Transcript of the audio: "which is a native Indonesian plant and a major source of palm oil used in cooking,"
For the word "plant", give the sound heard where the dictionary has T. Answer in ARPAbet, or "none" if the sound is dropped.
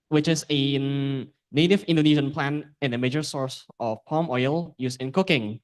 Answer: none